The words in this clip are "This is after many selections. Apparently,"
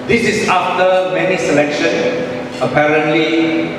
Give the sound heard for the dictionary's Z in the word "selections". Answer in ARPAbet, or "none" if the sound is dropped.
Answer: none